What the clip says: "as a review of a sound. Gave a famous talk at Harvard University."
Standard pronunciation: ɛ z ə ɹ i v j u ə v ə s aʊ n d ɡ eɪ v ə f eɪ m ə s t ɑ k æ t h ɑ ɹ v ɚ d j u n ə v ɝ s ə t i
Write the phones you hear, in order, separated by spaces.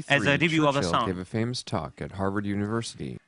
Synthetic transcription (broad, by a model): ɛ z ə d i b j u ə v ə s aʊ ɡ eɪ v ə f eɪ m ə s t ɑ k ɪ t h ɑ ɹ v ɚ d j u n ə v ɝ s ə t i